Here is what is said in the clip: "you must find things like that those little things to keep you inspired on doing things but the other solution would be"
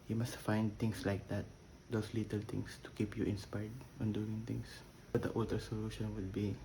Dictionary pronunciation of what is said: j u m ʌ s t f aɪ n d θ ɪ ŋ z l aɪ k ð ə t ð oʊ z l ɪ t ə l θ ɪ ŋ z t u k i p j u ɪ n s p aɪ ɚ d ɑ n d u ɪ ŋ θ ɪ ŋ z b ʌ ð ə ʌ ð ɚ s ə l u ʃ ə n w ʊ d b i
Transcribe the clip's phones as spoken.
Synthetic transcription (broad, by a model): j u m ʌ s t f aɪ n d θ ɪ ŋ s l aɪ k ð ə t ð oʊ s l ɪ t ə l t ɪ ŋ s t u k i p j u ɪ n s p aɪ d ɑ n d u ɪ ŋ t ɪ ŋ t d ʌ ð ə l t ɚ s ə l u ʃ ə n w ʊ d b i